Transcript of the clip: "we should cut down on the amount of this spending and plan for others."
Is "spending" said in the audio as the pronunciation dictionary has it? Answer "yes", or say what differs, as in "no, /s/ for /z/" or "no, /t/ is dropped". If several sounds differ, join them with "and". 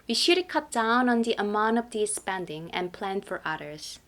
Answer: yes